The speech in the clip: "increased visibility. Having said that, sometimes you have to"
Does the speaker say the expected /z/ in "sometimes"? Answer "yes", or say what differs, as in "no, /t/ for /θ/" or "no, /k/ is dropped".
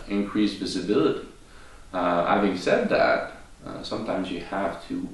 yes